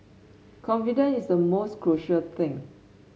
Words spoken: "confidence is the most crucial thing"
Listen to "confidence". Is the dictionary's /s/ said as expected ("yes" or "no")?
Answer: no